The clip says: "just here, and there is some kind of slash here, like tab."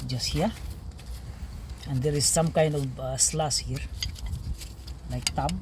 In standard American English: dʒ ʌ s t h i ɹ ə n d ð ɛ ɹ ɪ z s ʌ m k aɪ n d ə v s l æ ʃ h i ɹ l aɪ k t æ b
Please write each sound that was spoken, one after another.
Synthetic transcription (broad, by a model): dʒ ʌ s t h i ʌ ə n d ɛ ɹ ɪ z s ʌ m k aɪ n d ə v s l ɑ s h i ɹ l aɪ k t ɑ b